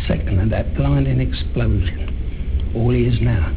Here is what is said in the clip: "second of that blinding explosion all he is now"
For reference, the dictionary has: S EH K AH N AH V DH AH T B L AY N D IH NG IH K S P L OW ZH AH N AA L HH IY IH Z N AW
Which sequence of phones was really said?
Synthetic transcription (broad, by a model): S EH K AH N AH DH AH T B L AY N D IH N IH K S P L OW ZH AH N AA L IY IH Z N AW